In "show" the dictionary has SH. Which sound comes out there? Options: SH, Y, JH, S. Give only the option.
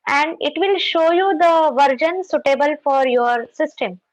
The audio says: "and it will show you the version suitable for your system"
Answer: SH